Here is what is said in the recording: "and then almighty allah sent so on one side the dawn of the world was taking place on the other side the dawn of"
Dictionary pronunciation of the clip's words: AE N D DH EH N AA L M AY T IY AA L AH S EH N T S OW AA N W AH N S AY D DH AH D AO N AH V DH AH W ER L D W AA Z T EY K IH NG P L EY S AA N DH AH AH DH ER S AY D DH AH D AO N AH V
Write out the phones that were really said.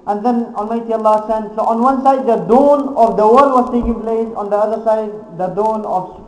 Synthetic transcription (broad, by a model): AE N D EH N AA N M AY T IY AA L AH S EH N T S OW AA N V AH N S AY D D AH D AO N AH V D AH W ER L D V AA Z T EY K IH NG P L EY S AA N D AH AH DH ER S AY D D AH D AO N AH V